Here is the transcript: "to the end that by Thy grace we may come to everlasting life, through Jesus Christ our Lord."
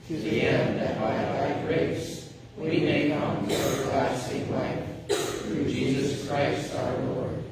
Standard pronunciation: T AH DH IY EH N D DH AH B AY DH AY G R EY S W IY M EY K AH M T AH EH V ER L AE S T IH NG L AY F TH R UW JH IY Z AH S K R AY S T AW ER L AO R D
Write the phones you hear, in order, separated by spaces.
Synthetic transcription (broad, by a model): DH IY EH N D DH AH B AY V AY G R EY S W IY M EY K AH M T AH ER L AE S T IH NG L AY F TH R UW JH IY Z AH S K R AY S T AW ER L AO R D